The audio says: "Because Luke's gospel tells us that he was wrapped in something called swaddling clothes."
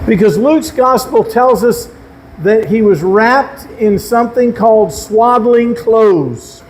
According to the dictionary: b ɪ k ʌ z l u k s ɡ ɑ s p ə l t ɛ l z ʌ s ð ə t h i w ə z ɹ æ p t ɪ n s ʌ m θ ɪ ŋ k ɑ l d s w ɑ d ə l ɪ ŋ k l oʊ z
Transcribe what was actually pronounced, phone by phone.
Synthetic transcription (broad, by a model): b ɪ k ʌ z l u k s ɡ ɑ s p l t ɛ l z ʌ s ð ə t h i w ə z ɹ æ p t ɪ n s ʌ m θ ɪ ŋ k ɑ l d s w ɑ d l ɪ ŋ k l oʊ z